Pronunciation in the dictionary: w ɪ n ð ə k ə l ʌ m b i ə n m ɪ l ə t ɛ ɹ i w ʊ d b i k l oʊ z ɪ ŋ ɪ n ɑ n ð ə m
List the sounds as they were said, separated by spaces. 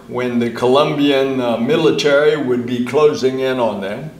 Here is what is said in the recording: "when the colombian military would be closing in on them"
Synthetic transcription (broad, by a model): w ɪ n ð ə k ə l ʌ m b i ə n m ɪ l ə t ɛ ɹ i w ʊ d b i k l oʊ z ɪ ŋ ɪ n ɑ n ð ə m